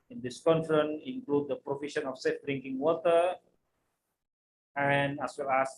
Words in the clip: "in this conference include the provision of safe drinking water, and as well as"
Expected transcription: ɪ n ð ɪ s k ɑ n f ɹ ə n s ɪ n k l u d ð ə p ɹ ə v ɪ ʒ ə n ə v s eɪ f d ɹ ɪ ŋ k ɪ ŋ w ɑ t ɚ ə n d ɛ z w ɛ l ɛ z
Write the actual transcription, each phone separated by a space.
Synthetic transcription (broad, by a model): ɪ n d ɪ s k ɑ n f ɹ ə n ɪ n k l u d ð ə p ɹ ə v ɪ ʃ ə n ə f s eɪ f d ɹ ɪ ŋ k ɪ ŋ w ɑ t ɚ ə n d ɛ s w ɛ l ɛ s